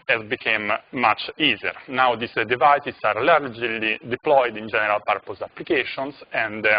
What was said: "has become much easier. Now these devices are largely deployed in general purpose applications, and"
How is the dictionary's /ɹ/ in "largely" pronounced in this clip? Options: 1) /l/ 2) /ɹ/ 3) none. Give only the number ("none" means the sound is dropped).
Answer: 2